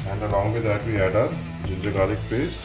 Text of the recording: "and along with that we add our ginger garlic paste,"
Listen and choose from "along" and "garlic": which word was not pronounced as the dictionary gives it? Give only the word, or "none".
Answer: garlic